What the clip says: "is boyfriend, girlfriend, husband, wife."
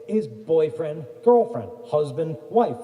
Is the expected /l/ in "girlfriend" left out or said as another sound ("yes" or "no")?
no